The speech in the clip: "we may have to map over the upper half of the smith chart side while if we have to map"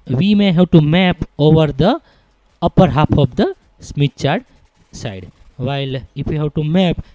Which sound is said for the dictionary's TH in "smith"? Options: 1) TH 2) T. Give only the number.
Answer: 2